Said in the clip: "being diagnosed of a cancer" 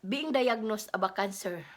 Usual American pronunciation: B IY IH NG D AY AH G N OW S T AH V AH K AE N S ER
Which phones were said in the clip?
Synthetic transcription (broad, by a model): B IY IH NG D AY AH G N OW S AH B AH K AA N S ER